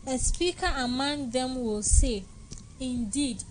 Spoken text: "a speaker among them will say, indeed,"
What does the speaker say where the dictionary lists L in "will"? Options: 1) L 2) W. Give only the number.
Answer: 1